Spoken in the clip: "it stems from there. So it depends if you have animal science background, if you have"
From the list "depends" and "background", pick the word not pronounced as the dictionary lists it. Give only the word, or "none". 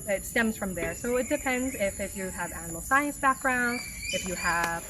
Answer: none